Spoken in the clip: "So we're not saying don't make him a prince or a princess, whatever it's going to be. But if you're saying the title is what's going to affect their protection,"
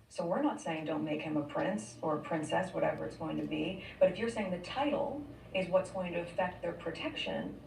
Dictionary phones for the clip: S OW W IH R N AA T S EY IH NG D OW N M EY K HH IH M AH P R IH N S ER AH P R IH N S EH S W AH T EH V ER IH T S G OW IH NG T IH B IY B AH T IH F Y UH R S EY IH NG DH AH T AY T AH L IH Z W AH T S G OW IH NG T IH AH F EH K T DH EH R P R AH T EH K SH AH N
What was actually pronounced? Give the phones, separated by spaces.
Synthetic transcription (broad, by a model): S OW W IH R N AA T S EY IH NG D OW N M EY K HH IH M AH P R IH N S ER AH P R IH N S EH S W AH T EH V ER IH T S G OW IH NG T IH B IY B AH T IH F Y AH R S EY IH NG DH AH T AY T L IH Z W AH T S G OW IH NG T IH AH F EH K T DH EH R P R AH T EH K SH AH N